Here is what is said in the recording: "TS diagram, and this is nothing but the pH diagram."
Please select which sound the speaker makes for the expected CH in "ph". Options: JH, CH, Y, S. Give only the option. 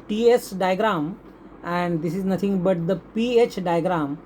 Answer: CH